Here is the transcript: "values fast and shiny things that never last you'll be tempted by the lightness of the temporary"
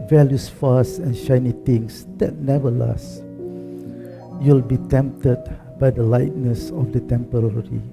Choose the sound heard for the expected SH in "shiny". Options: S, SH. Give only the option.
SH